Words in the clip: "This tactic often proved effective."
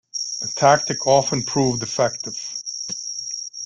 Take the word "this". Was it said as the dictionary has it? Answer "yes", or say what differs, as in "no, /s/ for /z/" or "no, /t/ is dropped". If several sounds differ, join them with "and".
no, /s/ is dropped